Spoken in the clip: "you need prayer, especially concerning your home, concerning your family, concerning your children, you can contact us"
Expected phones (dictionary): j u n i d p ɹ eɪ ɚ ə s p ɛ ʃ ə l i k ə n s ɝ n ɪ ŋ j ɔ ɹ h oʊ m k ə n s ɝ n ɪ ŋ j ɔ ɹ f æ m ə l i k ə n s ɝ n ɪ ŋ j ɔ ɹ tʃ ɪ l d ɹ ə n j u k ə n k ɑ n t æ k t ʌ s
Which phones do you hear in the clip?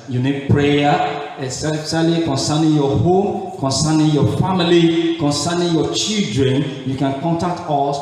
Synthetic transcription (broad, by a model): j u n i d p ɹ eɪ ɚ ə s ɛ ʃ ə l i k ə n s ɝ n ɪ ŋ j ɔ h oʊ m k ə n s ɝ n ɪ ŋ j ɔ f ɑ m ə l i k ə n s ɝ n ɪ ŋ j ɔ tʃ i l d ɹ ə n j u k ə n k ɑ n t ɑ k t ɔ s